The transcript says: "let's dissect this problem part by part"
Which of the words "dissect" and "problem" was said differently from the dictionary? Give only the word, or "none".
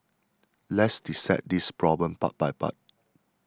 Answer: dissect